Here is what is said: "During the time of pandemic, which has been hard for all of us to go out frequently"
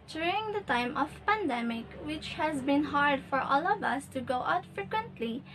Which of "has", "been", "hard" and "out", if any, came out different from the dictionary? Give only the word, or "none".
none